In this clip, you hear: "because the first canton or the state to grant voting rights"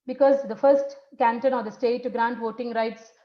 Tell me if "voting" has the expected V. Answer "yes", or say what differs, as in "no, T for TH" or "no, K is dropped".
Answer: yes